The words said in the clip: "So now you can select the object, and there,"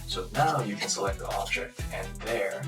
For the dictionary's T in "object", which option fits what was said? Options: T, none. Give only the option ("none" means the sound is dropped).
T